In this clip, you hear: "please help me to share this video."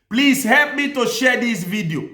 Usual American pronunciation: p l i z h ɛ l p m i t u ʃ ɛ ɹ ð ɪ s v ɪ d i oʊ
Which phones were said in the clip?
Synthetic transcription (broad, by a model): p l i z h ɛ l p m i t u ʃ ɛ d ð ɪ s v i d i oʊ